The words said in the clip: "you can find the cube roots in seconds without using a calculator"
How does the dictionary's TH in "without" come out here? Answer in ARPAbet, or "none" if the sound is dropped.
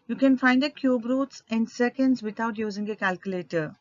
T